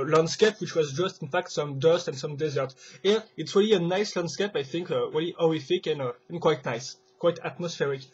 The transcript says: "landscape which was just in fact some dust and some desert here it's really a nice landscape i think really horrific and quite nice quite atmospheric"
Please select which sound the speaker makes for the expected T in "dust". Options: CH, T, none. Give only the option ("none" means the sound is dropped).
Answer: T